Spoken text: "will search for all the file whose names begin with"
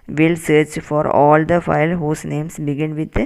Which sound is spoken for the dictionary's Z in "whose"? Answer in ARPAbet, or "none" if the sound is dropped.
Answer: S